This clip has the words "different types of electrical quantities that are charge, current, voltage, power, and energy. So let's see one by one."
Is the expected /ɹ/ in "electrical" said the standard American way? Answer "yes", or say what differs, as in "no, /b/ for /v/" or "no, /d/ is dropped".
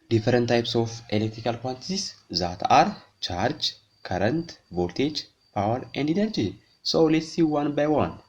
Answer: yes